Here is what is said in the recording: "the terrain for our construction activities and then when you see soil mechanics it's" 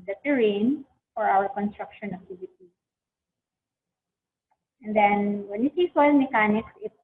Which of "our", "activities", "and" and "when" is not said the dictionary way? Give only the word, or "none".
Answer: activities